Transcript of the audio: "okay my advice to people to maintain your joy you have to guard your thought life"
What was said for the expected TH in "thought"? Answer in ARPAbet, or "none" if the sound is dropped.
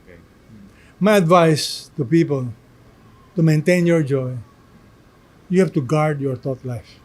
T